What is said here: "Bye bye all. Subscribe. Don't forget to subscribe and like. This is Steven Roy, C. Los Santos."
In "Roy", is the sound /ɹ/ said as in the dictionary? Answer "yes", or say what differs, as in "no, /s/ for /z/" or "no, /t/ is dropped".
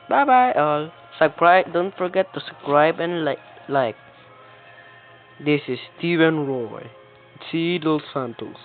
yes